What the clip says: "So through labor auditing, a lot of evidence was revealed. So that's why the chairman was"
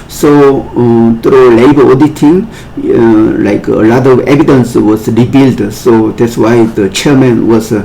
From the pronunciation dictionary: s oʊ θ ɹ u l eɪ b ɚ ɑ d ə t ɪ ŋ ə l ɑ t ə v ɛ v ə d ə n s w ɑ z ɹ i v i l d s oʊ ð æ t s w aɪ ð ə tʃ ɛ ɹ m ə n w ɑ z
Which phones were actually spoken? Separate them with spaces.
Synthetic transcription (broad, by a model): s oʊ t ɹ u l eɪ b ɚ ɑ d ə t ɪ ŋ ə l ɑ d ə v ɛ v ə d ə n s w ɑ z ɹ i b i l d s oʊ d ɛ t s w aɪ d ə tʃ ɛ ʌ m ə n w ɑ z